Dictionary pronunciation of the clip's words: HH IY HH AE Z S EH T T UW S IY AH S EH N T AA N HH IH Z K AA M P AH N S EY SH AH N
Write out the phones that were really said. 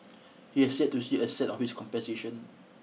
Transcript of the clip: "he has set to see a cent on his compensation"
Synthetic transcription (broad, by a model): HH IY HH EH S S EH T T UW S IY AH S EH T AA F HH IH S K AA M P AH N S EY SH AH N